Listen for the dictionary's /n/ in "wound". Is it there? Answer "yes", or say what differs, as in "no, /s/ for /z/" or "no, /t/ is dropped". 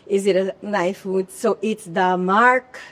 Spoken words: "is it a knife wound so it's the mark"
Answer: no, /n/ is dropped